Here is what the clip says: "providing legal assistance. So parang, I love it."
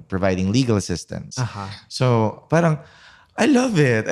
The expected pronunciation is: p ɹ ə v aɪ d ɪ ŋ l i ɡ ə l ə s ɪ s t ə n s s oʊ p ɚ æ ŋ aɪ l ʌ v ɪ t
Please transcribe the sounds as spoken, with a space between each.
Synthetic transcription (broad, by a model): p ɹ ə v aɪ d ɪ ŋ l i ɡ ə l ə s ɪ s t ə n s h oʊ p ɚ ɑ aɪ l ʌ v ɪ t